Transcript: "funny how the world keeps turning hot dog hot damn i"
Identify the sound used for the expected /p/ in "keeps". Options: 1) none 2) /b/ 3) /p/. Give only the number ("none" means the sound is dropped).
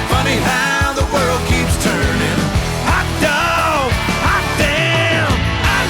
3